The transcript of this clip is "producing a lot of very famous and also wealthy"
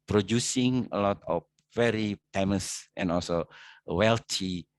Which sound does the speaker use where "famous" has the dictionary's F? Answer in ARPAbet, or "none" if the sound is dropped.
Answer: P